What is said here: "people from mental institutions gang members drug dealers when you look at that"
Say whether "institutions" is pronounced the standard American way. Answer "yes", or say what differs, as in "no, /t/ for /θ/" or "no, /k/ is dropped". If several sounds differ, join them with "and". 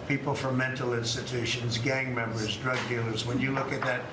yes